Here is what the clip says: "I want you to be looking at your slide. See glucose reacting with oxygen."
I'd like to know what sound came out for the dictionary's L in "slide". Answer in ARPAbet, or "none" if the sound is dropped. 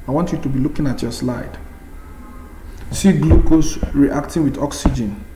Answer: L